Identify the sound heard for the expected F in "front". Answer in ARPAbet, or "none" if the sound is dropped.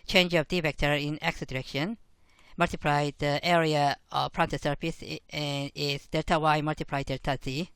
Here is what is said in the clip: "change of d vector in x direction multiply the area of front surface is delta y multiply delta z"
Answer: P